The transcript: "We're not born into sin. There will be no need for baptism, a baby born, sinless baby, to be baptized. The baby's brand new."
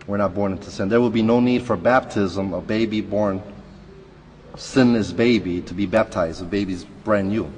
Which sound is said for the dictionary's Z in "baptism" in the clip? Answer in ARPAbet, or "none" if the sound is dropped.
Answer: Z